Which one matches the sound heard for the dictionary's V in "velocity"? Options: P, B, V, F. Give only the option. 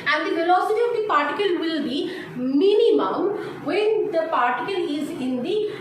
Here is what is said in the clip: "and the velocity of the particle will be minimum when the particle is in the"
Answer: F